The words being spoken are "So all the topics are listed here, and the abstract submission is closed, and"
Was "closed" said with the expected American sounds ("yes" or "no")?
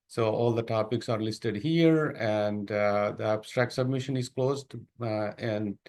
yes